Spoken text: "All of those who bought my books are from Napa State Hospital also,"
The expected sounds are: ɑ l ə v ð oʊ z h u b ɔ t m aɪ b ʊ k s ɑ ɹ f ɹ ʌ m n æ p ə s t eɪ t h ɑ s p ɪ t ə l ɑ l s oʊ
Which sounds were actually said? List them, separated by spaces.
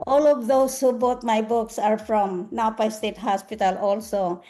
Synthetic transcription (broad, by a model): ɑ l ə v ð oʊ s h u b ɔ t m aɪ b ʊ k s ɑ ɹ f ɹ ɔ m n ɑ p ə s t eɪ t h ɑ s p ɪ t ə l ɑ l s oʊ